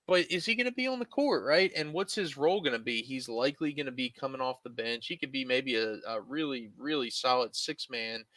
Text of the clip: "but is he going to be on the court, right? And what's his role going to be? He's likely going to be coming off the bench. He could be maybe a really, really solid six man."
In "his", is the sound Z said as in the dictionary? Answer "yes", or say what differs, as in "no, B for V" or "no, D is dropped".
yes